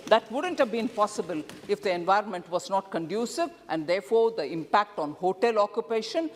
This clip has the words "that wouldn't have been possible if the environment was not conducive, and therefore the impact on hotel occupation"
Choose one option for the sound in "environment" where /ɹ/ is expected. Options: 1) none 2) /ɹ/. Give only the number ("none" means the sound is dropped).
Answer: 2